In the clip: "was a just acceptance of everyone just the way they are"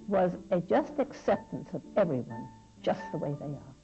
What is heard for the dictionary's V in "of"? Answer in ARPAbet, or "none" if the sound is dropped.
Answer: V